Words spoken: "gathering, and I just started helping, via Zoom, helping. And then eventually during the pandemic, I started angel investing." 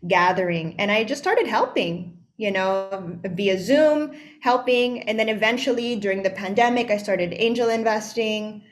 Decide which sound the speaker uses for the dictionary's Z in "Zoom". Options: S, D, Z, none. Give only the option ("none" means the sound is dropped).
Z